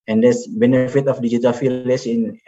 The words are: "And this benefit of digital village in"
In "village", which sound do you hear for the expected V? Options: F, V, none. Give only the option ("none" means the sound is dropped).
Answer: F